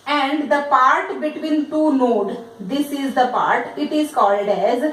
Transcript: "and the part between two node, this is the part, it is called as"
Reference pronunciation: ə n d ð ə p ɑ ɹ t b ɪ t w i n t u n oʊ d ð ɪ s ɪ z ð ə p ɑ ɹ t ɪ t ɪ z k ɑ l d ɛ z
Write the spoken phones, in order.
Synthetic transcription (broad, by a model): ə n d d ə p ɑ ɹ t b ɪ t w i n t u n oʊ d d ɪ s ɪ z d ə p ɑ ɹ t ɪ t ɪ z k ɑ l d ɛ z